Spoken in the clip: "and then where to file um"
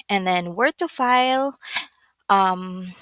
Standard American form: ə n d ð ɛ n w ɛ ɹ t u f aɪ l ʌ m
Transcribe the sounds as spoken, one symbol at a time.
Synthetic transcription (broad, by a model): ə n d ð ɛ n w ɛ ɹ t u f aɪ l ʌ m